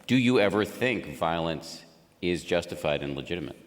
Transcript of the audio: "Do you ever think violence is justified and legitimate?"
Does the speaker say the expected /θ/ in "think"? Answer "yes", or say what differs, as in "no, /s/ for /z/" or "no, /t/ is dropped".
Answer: yes